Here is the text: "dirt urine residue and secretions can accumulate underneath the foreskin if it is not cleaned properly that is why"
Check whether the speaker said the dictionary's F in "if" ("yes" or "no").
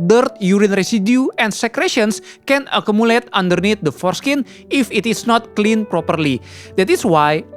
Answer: yes